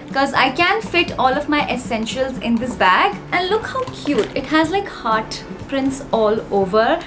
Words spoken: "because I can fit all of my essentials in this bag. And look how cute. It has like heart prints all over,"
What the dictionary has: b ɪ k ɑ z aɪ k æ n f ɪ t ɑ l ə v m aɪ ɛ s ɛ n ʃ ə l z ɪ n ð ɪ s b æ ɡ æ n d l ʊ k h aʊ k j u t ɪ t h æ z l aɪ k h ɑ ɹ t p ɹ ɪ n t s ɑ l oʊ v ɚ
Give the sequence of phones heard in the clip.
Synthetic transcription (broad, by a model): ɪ k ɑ z aɪ k æ n f ɪ t ɑ l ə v m aɪ ɛ s ɛ n ʃ ə l z ɪ n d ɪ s b æ ɡ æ n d l ʊ k h aʊ k j u t ɪ t h æ z l aɪ k h ɑ ɹ t p ɹ ɪ n t s ɑ l oʊ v ɚ